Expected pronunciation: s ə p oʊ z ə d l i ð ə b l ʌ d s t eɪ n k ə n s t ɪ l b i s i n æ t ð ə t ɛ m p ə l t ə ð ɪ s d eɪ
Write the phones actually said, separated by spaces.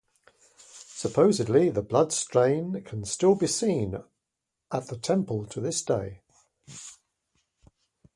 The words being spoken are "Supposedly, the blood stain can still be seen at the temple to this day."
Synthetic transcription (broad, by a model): s ə p oʊ z ə d l i ð ə b l ʌ d s t eɪ n k ə n s t ɪ l b i s i n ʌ t ð ə t ɛ m p ə l t ə ð ɪ s d eɪ